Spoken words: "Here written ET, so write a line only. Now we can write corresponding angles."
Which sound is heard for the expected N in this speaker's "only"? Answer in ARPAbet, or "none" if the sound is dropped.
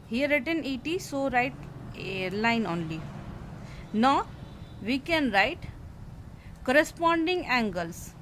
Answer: N